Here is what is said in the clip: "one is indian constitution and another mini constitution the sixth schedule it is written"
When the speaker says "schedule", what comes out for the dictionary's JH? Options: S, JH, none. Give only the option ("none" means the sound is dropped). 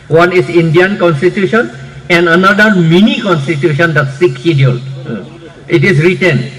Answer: none